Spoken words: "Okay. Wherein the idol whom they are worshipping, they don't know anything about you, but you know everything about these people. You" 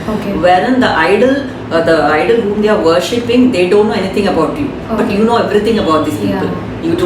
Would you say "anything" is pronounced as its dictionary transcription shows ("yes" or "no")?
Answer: no